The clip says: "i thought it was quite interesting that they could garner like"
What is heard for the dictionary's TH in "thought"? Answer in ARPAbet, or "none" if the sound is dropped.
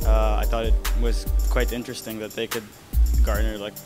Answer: TH